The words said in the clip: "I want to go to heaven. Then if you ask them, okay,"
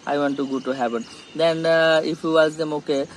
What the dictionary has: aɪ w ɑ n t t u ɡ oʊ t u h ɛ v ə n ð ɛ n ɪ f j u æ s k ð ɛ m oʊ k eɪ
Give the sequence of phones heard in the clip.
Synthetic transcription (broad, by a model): aɪ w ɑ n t t u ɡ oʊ t u h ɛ p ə n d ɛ n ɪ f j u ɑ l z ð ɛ m oʊ k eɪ